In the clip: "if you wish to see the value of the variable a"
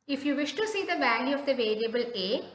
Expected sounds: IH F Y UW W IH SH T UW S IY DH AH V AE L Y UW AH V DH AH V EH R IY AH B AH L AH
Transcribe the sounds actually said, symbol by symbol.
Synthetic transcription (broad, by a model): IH F Y UW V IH SH T UW S IY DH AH V AE L Y UW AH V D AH V EH R IY AH B AH L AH